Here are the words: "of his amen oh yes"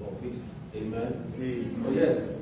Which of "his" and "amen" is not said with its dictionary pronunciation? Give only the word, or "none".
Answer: his